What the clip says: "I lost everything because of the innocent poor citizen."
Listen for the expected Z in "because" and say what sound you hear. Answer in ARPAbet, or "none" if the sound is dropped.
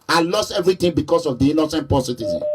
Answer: S